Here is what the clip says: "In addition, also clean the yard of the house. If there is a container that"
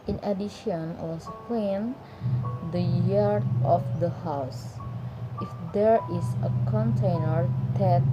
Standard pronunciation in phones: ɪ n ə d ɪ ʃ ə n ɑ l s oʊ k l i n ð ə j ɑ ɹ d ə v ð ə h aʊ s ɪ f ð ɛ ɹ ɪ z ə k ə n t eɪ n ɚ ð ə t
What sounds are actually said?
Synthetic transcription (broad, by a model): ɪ n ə d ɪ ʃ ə n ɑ s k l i n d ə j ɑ ɹ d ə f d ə h aʊ s ɪ f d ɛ ɹ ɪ s ə k ə n t eɪ n ɚ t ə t